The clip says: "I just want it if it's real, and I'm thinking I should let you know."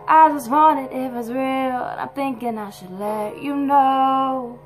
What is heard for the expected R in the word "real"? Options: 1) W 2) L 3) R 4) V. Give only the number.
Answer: 3